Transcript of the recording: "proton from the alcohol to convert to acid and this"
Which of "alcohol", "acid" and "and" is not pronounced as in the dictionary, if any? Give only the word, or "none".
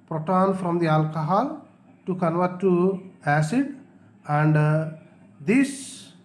none